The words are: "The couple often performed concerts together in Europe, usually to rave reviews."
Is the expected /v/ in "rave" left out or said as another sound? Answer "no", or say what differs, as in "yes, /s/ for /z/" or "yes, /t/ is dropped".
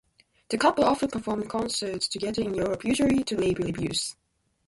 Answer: yes, /b/ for /v/